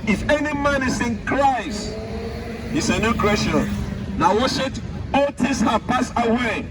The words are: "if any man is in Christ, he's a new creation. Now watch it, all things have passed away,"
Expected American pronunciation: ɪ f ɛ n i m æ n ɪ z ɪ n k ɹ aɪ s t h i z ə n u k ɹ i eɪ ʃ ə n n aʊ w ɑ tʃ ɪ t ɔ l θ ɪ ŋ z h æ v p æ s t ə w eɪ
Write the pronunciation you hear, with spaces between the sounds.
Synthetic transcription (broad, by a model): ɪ f ɛ n i m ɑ n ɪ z ɪ n k ɹ aɪ s t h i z ə n u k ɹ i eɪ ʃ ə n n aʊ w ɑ ʃ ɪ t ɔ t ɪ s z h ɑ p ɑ s ə w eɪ